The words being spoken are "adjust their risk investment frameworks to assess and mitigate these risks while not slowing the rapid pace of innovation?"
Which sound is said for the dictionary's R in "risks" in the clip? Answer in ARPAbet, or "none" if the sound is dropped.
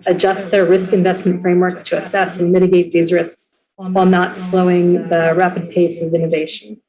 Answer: R